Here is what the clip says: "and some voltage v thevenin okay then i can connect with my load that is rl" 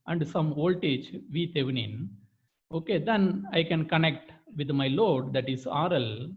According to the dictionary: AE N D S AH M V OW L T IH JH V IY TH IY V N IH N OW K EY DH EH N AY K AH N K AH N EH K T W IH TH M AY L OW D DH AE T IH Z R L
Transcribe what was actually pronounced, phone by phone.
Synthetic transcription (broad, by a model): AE N D S AH M OW L T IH CH V IY T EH V N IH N OW K EY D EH N AY K AH N K AH N EH K T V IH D M AY L OW D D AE T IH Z R L